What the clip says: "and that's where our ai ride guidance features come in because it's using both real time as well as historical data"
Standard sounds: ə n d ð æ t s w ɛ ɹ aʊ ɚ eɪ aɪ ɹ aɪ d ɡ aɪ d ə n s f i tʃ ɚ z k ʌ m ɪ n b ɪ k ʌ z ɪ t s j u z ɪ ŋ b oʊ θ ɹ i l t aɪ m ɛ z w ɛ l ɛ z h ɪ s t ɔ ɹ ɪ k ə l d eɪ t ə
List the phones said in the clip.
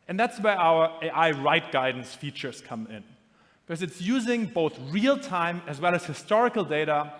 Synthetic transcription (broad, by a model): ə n ð æ t s w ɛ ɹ aʊ ɚ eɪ aɪ ɹ aɪ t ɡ aɪ d n s f i tʃ ɚ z k ʌ m ɪ n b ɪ k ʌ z ɪ t s j u z ɪ ŋ b oʊ θ ɹ i l t aɪ m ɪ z w ɛ l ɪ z h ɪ s t ɔ ɹ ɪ k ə l d eɪ t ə